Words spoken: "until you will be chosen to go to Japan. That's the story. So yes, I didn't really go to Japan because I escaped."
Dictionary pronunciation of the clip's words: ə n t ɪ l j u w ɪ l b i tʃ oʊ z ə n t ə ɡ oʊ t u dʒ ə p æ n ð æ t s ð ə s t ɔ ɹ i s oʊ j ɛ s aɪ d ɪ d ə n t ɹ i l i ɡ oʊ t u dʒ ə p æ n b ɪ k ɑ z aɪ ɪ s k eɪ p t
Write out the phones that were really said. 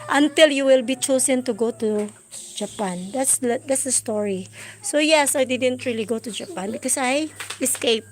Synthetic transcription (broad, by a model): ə n t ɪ l j u w ɪ l b i tʃ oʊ s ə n t ə ɡ oʊ t u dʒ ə p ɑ n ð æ t s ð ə s t ɔ ɹ i s oʊ j ɛ s aɪ d ɪ d ə n t ɹ i l i ɡ oʊ t u dʒ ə p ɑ n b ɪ k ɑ s aɪ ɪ s k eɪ p